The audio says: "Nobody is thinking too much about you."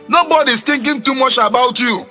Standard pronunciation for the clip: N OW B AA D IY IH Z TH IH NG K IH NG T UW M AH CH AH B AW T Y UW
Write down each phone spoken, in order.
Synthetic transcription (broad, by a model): N OW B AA D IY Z T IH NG K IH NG T UW M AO CH AH B AW T Y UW